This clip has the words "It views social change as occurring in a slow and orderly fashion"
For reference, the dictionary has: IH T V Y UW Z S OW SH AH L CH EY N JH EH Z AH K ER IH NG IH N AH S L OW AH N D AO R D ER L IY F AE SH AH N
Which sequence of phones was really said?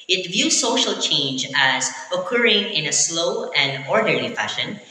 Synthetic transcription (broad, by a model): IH T V Y UW Z S OW SH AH L CH EY N JH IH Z AH K ER IH NG IH N AH S L OW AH N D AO R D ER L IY F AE SH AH N